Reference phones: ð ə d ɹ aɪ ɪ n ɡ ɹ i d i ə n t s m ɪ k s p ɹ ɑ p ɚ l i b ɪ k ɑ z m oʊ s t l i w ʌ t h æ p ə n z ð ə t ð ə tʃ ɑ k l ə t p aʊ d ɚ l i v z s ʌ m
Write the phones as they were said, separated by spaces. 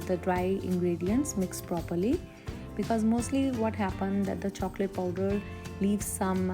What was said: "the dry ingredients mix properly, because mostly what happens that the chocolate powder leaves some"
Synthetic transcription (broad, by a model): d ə d ɹ aɪ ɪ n ɡ ɹ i d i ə n t s m ɪ k s p ɹ ɑ p ɚ l i b ɪ k ɑ z m oʊ s t l i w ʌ t h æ p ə n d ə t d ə tʃ ɑ k l ə t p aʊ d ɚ l i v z s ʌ m